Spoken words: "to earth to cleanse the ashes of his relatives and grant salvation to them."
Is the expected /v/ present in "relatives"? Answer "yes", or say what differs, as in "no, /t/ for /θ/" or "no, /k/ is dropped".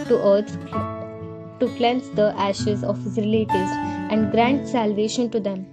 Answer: no, /v/ is dropped